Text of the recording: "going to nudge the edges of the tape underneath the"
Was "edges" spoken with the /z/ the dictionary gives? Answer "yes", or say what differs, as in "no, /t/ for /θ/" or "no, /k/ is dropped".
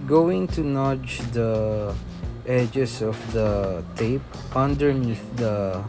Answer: no, /s/ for /z/